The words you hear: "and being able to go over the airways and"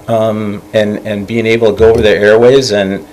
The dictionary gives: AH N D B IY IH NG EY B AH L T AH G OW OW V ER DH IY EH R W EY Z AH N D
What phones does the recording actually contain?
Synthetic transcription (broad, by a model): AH N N B IY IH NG EY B L T AH G OW OW V ER DH IY EH R W EY Z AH N